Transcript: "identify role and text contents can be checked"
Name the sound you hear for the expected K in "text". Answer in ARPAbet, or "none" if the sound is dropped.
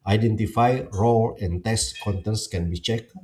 none